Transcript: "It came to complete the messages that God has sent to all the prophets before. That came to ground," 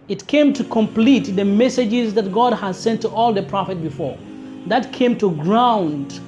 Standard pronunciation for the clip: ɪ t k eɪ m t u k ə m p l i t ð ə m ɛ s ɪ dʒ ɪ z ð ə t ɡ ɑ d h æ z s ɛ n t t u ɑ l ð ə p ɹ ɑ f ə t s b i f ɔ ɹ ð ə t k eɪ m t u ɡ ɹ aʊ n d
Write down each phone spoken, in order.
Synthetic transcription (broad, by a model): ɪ t k eɪ m t u k ə m p l i t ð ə m ɛ s ɪ dʒ ɪ z ð ə t ɡ ɑ d h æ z s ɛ n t t u ɑ l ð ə p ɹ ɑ f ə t b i f ɔ ɹ ð ə t k eɪ m t u ɡ ɹ aʊ n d